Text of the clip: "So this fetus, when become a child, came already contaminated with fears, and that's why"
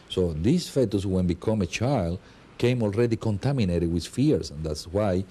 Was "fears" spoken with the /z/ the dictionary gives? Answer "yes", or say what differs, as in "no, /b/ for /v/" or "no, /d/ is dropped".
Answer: no, /s/ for /z/